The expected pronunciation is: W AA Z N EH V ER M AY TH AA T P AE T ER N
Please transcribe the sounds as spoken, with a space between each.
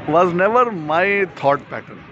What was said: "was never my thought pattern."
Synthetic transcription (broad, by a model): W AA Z N EH V ER M AY T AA T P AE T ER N